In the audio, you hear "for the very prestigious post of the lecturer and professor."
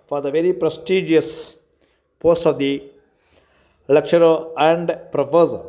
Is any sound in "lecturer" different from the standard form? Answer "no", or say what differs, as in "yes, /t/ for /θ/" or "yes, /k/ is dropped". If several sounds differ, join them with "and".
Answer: yes, /ʃ/ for /tʃ/